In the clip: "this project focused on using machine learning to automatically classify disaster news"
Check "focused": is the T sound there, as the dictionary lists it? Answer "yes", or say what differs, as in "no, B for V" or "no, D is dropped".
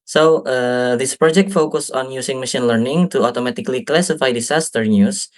no, T is dropped